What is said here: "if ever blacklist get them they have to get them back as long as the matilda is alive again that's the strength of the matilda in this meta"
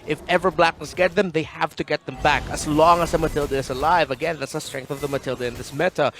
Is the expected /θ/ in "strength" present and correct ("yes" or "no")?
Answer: yes